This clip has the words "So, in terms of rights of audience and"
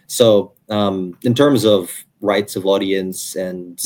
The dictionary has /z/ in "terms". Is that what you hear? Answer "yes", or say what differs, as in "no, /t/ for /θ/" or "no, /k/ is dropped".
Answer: yes